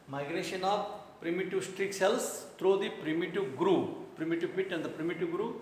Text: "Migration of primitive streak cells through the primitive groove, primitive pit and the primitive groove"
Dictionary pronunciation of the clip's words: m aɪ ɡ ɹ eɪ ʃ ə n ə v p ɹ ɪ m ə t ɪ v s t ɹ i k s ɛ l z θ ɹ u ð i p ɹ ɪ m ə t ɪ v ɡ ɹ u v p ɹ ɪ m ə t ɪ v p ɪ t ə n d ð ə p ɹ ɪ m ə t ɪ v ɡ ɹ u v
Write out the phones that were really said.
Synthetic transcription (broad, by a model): m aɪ ɡ ɹ eɪ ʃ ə n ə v p ɹ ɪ m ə t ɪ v s t ɹ i k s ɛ l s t ɹ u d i p ɹ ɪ m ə t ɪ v ɡ ɹ u p ɹ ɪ m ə t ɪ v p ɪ t ə n d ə p ɹ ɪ m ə t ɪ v ɡ ɹ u